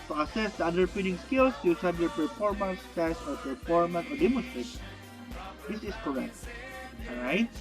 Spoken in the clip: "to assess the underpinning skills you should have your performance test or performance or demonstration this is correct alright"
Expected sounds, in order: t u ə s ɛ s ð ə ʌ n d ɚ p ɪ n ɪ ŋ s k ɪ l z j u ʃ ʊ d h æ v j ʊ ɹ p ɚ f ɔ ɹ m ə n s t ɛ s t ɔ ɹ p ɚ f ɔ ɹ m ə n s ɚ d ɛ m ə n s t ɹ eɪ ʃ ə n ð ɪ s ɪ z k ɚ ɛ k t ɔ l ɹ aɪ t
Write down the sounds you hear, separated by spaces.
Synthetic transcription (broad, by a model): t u ə s ɛ s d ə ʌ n d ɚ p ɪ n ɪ ŋ s k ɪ l s j u s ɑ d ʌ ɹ p ɚ f ɔ ɹ m ə n s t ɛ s ɔ ɹ p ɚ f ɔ ɹ m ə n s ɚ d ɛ m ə n s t ɹ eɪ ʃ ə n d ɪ s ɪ s k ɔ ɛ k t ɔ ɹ aɪ t